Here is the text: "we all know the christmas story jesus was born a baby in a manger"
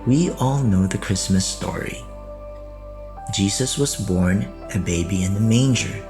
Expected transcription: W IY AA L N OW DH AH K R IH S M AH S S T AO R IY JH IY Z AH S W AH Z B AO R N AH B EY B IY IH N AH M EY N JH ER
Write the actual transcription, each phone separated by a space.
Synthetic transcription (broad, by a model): W IY AA L N OW DH AH K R IH S M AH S S T AO R IY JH IY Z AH S W AH Z B AO R N AH B EY B IY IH N AH M EY N JH ER